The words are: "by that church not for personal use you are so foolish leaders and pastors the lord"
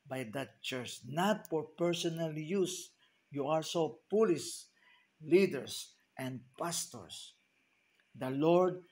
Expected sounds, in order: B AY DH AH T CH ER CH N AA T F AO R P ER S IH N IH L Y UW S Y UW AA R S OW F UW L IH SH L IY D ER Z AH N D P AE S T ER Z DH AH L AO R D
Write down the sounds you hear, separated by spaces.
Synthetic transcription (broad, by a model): B AY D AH T CH ER CH N AA T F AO R P ER S IH N IH L Y UW S Y UW AA R S OW P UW L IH S L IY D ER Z AH N D P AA S T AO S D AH L AO R D